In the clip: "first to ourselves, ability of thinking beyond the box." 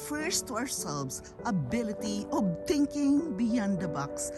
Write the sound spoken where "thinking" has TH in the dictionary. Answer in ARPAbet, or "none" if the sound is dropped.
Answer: T